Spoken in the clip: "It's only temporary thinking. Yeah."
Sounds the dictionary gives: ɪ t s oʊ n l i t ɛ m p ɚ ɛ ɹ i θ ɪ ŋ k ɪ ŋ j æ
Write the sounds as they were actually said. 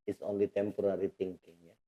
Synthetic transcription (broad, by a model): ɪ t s oʊ n l i t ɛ m p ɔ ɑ ɹ i t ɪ ŋ k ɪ ŋ j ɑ